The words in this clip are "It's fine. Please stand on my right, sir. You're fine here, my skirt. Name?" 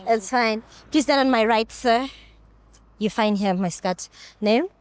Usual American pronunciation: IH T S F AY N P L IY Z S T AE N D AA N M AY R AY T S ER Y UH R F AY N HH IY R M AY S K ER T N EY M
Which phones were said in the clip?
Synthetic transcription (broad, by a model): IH T S F AY N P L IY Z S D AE D AA N M AY R AY T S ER Y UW F AY N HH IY M AY S K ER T N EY M